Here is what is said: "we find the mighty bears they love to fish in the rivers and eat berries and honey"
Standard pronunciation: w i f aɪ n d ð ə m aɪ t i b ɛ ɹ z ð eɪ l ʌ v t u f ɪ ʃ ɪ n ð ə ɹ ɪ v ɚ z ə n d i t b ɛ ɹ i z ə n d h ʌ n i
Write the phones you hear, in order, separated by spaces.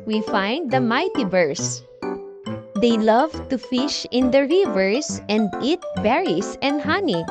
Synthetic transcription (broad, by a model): w i f aɪ n d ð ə m aɪ t i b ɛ ɹ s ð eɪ l ʌ v t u f ɪ ʃ ɪ n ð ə ɹ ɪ v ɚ s ə n d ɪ t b ɛ ɹ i s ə n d h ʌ n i